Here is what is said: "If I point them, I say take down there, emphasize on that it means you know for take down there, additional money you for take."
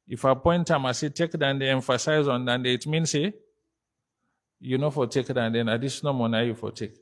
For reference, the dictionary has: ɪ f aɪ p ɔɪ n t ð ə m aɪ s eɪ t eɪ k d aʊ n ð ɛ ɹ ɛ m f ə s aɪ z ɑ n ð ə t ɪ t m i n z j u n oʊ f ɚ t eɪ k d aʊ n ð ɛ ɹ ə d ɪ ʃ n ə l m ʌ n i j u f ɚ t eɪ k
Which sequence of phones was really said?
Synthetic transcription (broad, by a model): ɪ f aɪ p ɔɪ n t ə m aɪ s eɪ t eɪ k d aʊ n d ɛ ɛ m f ə s aɪ z ɑ n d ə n ɪ t m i n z j u n oʊ f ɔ t eɪ k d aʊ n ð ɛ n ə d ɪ s n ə m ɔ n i j u f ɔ t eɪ k